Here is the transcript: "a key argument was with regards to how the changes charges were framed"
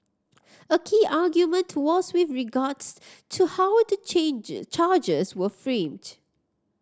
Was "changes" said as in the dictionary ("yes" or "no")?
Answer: no